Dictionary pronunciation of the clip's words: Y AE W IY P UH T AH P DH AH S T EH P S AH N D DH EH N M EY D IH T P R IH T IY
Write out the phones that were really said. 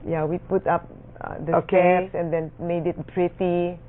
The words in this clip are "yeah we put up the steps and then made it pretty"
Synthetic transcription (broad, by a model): Y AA W IY P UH T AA P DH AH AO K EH S AH N D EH N M EY D IH T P R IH T IY